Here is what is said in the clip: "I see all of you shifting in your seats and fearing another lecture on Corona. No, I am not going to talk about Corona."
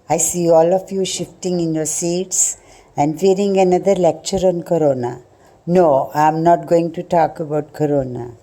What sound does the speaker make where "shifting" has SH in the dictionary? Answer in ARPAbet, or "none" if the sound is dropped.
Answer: SH